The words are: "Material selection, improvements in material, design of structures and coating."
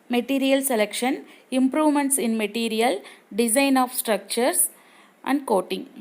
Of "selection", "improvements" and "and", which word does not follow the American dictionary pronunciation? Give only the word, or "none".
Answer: none